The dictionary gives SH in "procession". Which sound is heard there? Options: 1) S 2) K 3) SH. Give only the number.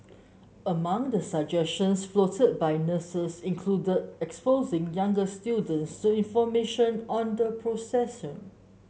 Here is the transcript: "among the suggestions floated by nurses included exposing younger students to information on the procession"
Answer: 1